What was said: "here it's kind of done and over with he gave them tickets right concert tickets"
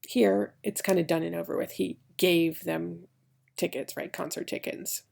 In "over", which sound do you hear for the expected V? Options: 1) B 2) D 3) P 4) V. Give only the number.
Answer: 4